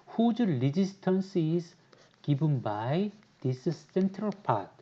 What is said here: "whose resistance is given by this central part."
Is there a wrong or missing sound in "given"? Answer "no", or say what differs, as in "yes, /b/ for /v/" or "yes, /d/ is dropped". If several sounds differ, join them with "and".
yes, /b/ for /v/